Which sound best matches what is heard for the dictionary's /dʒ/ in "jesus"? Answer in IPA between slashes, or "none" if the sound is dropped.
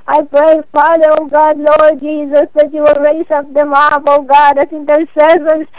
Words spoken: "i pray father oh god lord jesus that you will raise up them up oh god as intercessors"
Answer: /dʒ/